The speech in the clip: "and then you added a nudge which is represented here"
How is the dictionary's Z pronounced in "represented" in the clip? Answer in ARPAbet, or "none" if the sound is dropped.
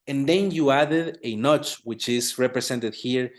S